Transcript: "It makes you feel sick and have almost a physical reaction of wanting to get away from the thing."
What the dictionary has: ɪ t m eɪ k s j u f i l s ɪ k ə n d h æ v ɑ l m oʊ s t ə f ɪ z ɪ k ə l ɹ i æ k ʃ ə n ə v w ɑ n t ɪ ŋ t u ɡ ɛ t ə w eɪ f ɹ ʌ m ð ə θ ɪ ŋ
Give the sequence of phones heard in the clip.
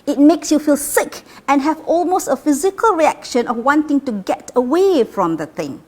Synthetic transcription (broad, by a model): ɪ t m eɪ k s j u f i l s ɪ k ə n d h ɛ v ɑ l m oʊ s t ə f ɪ z ɪ k ə l ɹ i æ k ʃ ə n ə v w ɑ n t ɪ ŋ t u ɡ ɛ t ə w eɪ f ɹ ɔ m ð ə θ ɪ ŋ